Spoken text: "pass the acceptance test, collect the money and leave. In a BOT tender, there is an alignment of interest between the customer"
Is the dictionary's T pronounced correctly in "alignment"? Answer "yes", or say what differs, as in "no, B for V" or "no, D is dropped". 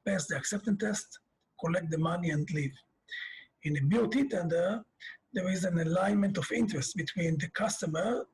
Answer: yes